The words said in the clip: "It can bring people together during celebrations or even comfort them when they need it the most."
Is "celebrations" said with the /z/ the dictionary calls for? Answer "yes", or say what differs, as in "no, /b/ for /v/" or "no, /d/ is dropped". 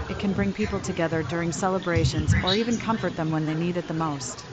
yes